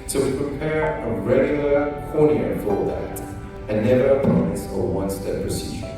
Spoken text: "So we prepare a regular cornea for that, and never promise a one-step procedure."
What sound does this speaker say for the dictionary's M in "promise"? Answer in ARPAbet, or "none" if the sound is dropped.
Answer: none